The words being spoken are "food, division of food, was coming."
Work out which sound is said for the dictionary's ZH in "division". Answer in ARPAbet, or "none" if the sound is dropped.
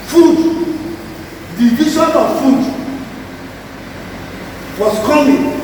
S